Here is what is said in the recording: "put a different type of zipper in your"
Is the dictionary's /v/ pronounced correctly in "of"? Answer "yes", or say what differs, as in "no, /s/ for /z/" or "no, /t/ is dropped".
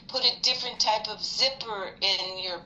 yes